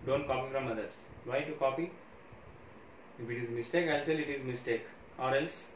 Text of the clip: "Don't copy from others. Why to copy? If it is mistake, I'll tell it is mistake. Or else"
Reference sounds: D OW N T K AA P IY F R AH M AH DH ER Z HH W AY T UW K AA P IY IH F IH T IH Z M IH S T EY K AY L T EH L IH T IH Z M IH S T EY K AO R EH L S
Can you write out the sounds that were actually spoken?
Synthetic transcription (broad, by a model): D OW N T K AA P IY F R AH M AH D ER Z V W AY T UW K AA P IY IH F IH T IH Z M IH S T EY K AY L S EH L IH T IH Z M IH S T EY K AO R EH L S